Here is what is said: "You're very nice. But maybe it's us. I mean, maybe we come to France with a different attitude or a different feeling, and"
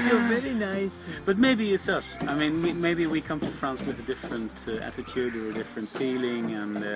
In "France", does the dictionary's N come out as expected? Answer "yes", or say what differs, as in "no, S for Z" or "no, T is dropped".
yes